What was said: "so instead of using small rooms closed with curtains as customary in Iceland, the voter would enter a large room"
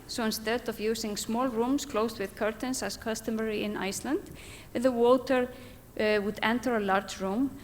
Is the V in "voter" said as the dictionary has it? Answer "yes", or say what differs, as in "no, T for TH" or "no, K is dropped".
no, W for V